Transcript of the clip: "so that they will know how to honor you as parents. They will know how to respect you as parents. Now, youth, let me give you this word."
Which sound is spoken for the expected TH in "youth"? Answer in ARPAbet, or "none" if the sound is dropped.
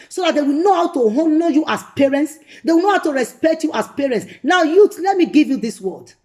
T